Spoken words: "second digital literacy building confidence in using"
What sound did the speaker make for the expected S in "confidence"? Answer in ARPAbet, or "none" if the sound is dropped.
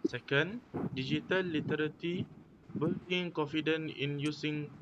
none